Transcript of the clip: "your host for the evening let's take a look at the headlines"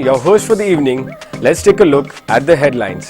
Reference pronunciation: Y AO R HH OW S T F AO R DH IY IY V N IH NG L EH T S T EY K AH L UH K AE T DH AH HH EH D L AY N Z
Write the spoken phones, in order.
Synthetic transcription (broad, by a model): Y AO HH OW S T F AO R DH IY IY V N IH NG L EH T S T EY K AH L UH K AE T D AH HH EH D L AY N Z